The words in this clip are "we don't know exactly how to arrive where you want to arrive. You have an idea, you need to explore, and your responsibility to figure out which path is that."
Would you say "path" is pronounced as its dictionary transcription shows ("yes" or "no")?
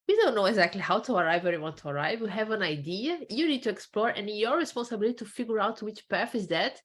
no